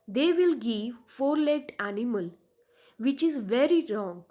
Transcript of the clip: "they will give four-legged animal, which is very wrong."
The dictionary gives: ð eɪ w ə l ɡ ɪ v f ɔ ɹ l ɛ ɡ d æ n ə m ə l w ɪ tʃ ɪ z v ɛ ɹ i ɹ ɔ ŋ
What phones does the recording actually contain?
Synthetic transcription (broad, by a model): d eɪ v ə l ɡ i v f ɔ ɹ l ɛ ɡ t æ n ə m ə l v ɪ tʃ ɪ z v ɛ ɹ i ɹ ɔ ŋ